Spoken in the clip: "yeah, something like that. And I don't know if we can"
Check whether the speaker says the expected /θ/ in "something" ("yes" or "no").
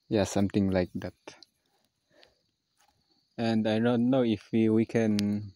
no